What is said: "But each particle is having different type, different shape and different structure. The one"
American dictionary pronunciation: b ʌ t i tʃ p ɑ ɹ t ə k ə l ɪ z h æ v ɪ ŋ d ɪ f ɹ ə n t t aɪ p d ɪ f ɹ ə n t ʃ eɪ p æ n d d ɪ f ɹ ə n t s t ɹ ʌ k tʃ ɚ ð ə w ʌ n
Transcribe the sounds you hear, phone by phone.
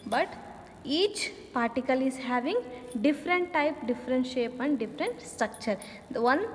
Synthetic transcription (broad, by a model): b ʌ t i tʃ p ɑ ɹ t ə k ə l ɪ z h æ v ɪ ŋ d ɪ f ɹ ə n t t aɪ p d ɪ f ɹ ə n t ʃ eɪ p æ n d d ɪ f ɹ ə n t s t ɹ ʌ k tʃ ɚ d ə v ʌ n